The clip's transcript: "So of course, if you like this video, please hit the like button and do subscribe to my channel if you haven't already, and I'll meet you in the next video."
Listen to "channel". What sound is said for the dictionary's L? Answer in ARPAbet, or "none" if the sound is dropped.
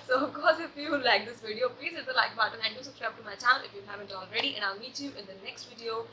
N